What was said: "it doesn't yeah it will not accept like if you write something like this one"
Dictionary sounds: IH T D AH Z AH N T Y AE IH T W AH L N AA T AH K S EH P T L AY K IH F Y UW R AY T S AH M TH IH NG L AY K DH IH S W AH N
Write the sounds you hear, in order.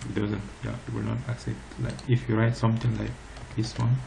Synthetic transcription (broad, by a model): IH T D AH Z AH N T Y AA IH T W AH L N AA T AH K S EH P T L AY K IH F Y UW R AY T S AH M T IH NG L AY K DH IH S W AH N